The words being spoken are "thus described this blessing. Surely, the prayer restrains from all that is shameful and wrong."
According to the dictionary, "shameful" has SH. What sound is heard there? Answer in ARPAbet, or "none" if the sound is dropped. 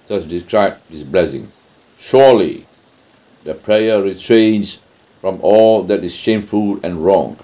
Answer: SH